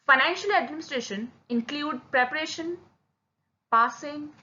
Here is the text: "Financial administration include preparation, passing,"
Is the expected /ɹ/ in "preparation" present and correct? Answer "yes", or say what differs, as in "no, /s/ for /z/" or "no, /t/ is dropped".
yes